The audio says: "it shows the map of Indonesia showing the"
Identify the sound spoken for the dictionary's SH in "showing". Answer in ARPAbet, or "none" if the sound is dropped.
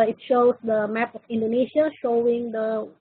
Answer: SH